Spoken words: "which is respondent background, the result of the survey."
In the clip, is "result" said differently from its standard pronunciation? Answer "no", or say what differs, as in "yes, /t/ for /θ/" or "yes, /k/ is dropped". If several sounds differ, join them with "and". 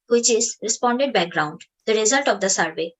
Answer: no